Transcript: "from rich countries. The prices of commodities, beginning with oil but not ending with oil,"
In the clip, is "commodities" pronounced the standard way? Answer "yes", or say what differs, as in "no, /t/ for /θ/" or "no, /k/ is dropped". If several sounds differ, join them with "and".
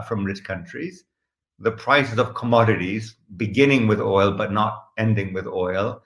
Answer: yes